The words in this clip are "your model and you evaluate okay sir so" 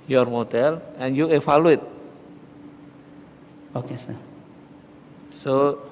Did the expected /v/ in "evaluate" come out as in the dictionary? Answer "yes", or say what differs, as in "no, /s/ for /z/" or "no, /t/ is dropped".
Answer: no, /f/ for /v/